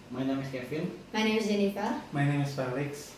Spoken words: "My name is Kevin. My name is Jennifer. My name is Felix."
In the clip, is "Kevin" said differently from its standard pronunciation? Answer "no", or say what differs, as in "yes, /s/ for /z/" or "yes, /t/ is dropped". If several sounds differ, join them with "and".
yes, /f/ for /v/